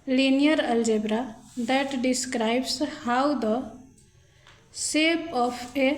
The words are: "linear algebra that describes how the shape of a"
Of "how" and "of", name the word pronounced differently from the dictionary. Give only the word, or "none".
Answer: of